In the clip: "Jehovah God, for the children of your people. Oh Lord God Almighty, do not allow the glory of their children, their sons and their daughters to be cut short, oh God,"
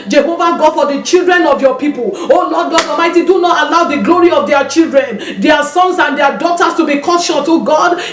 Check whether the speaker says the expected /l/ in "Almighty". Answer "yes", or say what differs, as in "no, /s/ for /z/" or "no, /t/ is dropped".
no, /l/ is dropped